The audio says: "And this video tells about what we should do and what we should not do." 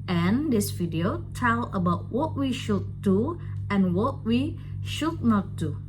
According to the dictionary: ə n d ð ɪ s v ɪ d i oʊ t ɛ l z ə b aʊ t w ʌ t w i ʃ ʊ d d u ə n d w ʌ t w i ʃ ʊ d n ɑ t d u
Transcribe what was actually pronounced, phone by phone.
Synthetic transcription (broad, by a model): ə n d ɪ s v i d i oʊ t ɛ l ə b aʊ t w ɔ t w i ʃ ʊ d d u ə n w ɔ t w i ʃ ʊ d n ɑ t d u